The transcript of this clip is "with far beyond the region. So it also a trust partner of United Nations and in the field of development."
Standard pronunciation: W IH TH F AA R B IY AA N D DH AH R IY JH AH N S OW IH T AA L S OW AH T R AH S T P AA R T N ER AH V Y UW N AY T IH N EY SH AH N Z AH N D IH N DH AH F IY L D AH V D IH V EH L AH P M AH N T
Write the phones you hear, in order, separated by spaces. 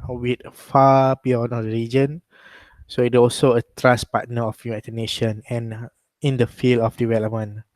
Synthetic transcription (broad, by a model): W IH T F AA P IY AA N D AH R IY JH AH N S OW IH T AA L S OW AH T R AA S P AA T N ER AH F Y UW AY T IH N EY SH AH N AH N IH N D AH F IY L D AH F D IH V EH L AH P M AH N